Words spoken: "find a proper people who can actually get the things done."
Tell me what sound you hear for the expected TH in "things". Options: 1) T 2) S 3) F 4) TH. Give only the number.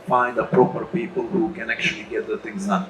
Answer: 1